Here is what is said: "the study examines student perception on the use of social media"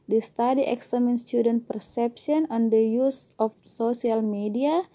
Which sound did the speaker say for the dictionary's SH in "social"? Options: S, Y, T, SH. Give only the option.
S